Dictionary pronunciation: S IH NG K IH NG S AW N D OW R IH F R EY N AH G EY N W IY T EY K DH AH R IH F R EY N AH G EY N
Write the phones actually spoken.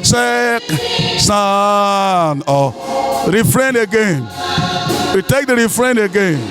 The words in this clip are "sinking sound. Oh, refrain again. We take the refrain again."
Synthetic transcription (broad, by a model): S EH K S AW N OW R IH F R EY N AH G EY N W IY T EY K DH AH R IH F R EY N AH G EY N